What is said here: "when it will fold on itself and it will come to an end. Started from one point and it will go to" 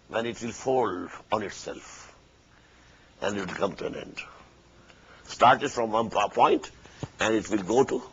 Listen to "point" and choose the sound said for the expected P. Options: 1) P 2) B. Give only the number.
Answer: 1